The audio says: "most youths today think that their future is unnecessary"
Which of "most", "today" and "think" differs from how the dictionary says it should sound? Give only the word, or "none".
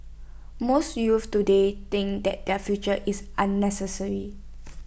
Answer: think